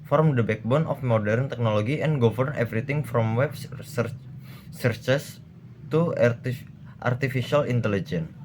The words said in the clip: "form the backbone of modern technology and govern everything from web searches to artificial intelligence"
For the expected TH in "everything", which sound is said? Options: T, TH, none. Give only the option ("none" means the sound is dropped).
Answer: T